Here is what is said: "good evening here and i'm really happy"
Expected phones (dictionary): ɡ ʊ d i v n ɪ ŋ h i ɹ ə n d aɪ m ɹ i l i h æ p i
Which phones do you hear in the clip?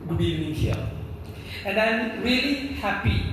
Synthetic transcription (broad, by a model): ɡ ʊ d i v n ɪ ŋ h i l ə n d aɪ m ɹ i l i h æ p i